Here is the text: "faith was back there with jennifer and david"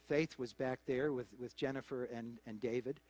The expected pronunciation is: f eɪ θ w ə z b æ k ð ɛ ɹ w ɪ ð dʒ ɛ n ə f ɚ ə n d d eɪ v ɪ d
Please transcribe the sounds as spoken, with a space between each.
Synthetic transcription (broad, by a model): f eɪ θ w ə z b æ k ð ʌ ɹ w ɪ ð dʒ ɛ n ə f ɚ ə n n d eɪ v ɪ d